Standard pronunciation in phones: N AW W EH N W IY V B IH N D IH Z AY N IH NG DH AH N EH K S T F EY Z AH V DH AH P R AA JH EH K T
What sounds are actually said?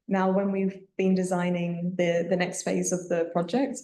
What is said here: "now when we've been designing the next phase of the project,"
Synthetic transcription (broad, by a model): N AW W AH N W IY V B IH N D IH Z AY N IH NG DH AH N EH K S T F EY Z AH V DH AH P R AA JH EH K T